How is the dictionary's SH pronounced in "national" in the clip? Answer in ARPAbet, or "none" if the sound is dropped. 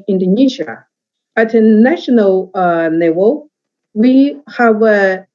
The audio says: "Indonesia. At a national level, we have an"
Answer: SH